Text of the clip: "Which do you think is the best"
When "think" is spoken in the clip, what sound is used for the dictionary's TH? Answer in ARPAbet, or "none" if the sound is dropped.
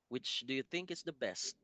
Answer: TH